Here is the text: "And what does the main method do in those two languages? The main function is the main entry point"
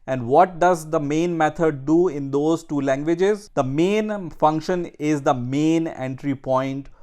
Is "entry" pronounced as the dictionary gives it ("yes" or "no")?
yes